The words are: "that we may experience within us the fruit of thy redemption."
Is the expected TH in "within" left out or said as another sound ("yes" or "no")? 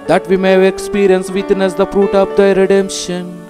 yes